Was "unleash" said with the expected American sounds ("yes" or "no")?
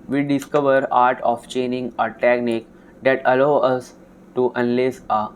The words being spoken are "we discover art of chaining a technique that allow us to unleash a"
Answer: no